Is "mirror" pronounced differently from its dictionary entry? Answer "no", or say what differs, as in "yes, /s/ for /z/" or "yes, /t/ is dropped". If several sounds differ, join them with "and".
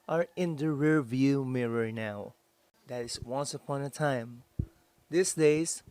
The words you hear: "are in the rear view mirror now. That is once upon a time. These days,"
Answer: no